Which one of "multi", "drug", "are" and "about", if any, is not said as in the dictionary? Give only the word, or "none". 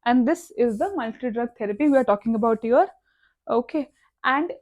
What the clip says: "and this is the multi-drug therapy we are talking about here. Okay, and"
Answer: none